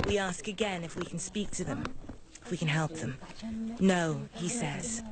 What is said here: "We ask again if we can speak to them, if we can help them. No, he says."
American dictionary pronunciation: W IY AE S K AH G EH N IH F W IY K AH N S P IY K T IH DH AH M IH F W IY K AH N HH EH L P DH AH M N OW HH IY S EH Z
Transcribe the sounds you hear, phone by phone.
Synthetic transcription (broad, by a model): W IY AE S K AH G EH N IH F W IY K N S P IY K T IH DH AH M IH F W IY K AH N HH EH L P DH AH M N OW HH IY S EH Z